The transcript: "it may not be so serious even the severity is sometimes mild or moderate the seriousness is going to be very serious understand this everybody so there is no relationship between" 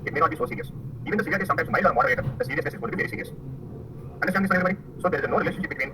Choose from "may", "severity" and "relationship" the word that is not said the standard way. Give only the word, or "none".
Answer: severity